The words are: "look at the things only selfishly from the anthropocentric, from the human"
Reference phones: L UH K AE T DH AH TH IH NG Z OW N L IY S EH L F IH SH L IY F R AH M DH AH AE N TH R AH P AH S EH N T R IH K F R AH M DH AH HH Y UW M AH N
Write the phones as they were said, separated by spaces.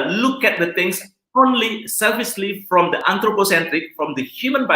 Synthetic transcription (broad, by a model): L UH K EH T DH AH T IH NG S OW N L IY S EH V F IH S L IY F R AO M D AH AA N T R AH P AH S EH N T R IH K F R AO M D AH HH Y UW M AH N